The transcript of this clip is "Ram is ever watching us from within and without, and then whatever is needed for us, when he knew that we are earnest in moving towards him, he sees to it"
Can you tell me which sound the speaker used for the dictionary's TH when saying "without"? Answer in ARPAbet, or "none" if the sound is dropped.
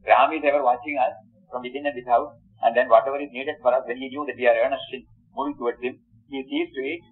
S